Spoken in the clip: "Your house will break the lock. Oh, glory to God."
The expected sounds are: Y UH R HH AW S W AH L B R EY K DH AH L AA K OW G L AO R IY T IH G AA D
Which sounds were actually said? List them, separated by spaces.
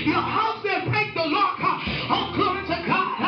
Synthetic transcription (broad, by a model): Y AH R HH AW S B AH N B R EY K DH AH L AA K OW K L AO IY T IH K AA